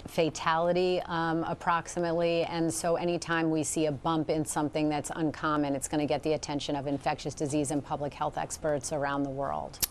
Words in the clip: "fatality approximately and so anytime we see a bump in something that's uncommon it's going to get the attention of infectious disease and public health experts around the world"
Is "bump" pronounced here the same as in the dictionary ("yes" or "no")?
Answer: yes